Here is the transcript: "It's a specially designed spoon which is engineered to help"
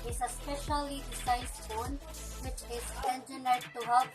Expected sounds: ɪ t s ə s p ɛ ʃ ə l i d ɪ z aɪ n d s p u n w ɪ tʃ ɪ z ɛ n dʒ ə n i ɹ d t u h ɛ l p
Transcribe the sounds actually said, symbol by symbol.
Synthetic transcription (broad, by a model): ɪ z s ə s p ɛ ʃ ə l i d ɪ s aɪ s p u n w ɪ tʃ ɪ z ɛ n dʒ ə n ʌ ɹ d t u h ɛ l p